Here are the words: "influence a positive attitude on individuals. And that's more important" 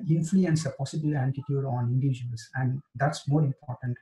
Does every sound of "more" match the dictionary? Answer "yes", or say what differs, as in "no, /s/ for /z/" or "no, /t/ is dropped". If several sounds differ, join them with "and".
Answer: yes